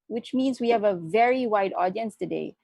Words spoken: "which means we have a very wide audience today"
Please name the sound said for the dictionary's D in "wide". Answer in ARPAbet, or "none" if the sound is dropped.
D